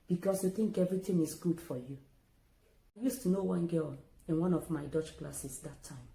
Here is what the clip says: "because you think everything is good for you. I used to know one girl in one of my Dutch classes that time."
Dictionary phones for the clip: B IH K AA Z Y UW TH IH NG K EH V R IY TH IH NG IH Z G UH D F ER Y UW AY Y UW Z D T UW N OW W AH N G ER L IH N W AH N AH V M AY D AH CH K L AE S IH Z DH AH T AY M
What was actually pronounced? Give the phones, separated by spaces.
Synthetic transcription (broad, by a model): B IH K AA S Y UW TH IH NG K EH V R IY T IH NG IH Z G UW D F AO Y UW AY Y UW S T UW N OW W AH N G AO N IH N W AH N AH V M AY D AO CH K L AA S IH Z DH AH T AY M